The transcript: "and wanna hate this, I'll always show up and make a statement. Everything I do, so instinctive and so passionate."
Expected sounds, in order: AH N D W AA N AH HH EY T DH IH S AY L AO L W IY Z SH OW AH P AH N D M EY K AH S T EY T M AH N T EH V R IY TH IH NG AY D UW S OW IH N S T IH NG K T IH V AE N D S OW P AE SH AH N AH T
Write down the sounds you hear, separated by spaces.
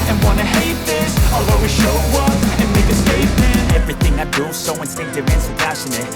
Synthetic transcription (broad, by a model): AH N W AA N AH HH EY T DH IH S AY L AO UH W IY SH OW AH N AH N M EY K AH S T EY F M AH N EH V R IY TH IH NG AY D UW S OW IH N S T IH K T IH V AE N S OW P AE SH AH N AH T